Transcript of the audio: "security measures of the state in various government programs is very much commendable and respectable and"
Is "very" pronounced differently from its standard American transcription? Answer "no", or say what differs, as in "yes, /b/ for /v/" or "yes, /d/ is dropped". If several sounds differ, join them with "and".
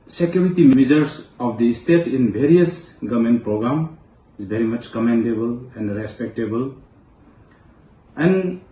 yes, /b/ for /v/